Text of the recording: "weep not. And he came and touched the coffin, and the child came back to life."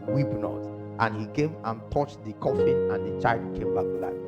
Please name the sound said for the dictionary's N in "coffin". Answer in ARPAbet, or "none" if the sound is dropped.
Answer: none